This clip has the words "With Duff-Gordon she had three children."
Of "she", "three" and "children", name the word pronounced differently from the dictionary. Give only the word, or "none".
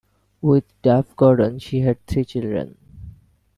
three